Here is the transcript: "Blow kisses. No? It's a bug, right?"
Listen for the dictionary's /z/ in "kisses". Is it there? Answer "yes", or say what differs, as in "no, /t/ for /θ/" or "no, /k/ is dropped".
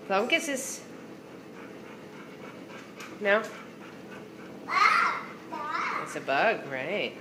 no, /s/ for /z/